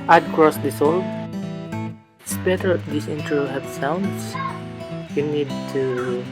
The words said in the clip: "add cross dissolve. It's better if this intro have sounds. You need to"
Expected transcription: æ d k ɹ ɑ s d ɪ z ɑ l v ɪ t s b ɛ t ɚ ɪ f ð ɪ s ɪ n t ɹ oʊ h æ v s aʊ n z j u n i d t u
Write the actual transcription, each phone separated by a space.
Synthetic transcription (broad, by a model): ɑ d k ɹ ɑ s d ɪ s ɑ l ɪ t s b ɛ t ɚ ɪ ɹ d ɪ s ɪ n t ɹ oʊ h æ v s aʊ n s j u n i d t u